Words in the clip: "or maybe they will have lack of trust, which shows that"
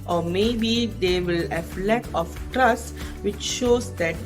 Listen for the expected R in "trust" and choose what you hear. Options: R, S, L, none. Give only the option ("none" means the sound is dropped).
R